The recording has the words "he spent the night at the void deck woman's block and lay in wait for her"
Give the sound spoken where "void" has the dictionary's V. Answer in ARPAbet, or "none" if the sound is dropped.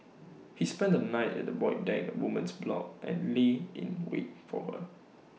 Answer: B